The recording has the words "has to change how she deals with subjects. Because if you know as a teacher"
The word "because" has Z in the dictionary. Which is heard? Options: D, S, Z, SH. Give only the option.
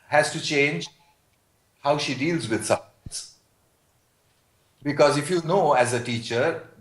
Z